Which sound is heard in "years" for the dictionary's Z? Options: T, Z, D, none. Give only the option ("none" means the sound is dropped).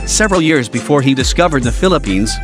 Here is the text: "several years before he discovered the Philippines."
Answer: Z